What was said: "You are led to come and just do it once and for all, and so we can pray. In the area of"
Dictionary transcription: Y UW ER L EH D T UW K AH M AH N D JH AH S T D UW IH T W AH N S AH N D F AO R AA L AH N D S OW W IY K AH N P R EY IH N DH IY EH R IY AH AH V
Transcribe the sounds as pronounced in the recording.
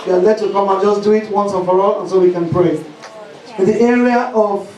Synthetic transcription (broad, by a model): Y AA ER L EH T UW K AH M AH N JH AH S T D UW IH T W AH N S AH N F AO R AA L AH N S OW W IY K AH N P R EY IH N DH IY EH R IY AH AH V